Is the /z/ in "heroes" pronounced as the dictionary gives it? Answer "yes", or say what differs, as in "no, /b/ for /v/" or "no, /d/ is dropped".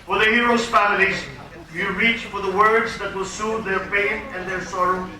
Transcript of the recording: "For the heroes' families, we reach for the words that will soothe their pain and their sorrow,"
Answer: no, /s/ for /z/